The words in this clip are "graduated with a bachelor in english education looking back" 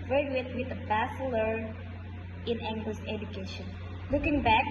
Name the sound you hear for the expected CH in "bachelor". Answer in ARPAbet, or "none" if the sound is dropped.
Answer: S